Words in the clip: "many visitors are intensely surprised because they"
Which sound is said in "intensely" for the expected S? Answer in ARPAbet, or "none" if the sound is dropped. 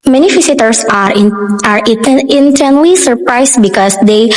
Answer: none